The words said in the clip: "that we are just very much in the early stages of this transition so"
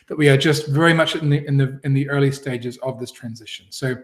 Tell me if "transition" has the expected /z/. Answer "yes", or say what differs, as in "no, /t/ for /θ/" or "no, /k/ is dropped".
yes